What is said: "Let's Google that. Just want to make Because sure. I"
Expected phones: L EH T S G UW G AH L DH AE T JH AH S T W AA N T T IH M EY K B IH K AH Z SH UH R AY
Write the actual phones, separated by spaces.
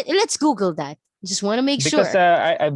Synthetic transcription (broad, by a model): L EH T S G UW G L DH AE T JH AH S T W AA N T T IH M EY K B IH AH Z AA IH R AY